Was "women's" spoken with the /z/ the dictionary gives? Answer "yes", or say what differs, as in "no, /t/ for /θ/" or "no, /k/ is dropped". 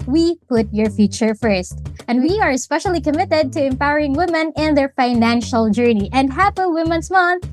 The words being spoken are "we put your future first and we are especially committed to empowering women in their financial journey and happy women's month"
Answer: no, /s/ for /z/